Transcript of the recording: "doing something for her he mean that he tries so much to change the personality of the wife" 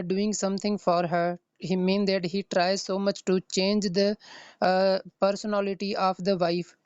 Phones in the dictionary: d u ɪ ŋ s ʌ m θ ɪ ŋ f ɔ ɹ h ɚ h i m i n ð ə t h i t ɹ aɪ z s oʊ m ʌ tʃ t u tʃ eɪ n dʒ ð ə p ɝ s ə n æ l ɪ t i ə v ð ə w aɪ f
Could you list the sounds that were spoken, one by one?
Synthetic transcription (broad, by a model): d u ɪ ŋ s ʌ m t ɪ ŋ f ɔ ɹ h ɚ h i m i n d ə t h i t ɹ aɪ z s oʊ m ʌ tʃ t u tʃ eɪ n dʒ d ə p ɝ s ə n æ l ɪ t i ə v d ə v aɪ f